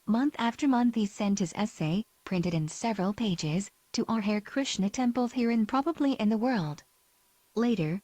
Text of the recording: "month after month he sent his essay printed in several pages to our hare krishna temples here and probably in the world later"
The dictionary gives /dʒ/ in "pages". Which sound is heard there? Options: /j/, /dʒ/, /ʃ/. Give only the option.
/dʒ/